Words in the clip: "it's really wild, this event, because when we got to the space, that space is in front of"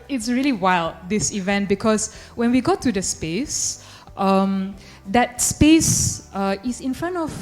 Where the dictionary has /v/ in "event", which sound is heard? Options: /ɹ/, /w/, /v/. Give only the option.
/v/